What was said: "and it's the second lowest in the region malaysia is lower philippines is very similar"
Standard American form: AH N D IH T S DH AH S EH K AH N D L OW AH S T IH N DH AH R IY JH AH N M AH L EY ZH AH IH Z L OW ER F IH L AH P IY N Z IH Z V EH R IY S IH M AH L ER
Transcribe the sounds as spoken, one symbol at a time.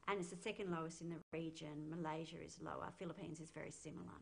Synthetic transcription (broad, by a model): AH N IH T S DH AH S EH K AH N D L OW AH S T IH N DH AH R IY JH AH N M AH L EY ZH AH IH Z L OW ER F IH L AH P IY N Z IH Z V EH R IY S IH M L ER